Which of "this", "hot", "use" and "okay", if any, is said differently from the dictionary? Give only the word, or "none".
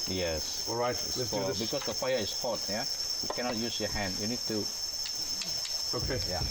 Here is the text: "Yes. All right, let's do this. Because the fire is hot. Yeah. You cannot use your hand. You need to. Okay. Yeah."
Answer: this